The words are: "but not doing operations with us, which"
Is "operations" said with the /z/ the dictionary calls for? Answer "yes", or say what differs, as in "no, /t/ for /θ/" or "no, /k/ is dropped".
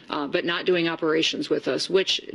yes